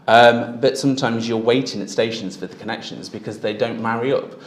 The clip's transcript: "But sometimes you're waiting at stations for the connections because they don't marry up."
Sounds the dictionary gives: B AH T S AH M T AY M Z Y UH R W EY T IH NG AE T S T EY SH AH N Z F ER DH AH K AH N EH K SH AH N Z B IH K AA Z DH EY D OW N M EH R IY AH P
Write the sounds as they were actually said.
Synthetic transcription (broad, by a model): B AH T S AH M T AY M Z Y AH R W EY T IH NG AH T S T EY SH AH N Z F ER DH AH K AH N EH K SH AH N Z B IH K AA Z DH EY D OW N M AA R IY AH P